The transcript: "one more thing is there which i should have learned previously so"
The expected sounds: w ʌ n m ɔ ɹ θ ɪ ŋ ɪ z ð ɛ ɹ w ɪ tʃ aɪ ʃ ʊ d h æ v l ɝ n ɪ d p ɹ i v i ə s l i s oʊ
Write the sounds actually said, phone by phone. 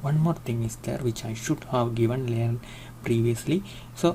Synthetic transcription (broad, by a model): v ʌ n m ɔ ɹ t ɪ ŋ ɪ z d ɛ ɹ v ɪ tʃ aɪ ʃ ʊ d h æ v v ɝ n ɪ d p ɹ i v i ə s l i s oʊ